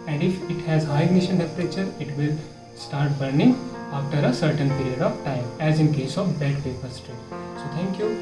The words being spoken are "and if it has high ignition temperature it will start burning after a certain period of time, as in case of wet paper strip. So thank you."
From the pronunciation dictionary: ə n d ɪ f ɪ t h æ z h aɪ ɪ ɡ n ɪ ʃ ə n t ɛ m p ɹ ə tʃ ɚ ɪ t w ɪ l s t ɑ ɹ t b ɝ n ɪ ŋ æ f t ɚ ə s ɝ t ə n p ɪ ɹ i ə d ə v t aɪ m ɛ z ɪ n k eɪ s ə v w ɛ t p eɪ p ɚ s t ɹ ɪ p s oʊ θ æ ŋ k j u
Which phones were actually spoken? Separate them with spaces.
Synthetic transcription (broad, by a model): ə n d ɪ f ɪ t h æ z h aɪ ɪ ɡ n ɪ ʃ ə n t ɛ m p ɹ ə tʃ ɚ ɪ t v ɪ l s t ɑ ɹ t b ɝ n ɪ ŋ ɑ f t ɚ ə s ɝ t ə n p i ɹ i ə d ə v t aɪ m ɛ z ɪ n k eɪ s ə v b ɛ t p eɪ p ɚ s t ʌ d s oʊ t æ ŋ k j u